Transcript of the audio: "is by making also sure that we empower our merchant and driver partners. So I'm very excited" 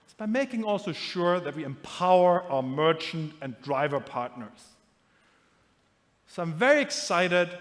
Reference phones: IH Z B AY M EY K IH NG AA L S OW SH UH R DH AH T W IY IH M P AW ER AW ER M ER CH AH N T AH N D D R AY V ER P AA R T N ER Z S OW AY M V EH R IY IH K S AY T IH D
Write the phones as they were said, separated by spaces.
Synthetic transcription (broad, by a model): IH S B AY M EY K IH NG AA L S OW SH UH R DH AH T W IY IH M P AW ER AW ER M ER CH AH N T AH N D D R AY V ER P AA R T N ER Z S OW AY M V EH R IY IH K S AY T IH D